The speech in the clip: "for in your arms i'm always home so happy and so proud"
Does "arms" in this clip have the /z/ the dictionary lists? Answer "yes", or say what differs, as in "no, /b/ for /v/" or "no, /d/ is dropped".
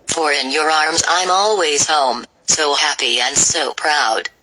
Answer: yes